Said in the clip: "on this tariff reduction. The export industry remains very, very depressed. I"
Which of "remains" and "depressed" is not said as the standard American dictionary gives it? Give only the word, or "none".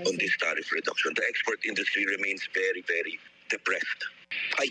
remains